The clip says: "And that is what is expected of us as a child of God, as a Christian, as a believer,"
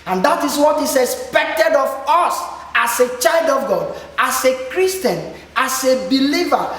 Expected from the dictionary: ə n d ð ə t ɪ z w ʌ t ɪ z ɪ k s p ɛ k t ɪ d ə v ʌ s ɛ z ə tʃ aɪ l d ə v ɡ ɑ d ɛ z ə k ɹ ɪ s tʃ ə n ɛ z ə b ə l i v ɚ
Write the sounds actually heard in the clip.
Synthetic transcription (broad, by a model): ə n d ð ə t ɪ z w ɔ t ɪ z ɪ k s p ɛ k t ɪ d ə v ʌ s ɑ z ə tʃ aɪ l d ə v ɡ ɑ d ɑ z ə k ɹ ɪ s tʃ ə n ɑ s ə b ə l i v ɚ